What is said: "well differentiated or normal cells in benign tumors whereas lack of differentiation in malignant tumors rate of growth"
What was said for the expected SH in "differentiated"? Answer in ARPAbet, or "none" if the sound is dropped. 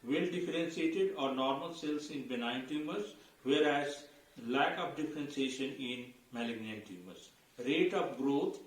S